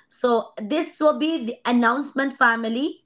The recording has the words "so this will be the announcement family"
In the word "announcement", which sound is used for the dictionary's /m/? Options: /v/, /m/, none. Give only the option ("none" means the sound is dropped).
/m/